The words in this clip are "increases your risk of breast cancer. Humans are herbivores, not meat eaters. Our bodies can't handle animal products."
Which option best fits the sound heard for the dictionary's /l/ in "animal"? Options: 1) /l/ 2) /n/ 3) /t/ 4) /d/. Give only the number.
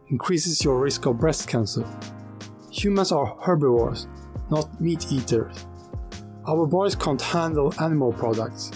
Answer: 1